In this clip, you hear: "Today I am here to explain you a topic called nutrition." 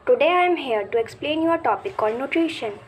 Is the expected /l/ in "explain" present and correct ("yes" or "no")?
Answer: yes